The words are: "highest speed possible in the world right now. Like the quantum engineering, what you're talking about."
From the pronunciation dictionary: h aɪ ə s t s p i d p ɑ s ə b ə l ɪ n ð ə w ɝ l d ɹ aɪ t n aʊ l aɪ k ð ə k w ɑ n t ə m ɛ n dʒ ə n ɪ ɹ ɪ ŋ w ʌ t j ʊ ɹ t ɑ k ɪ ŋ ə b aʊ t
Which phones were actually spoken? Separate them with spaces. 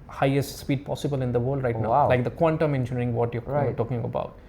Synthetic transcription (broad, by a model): h aɪ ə s t s p i d p ɑ s ə b ə l ɪ n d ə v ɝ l d ɹ aɪ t n aʊ l aɪ k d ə k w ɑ n t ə m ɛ n ʃ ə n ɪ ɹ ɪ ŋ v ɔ t j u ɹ t ɑ k ɪ ŋ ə b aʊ t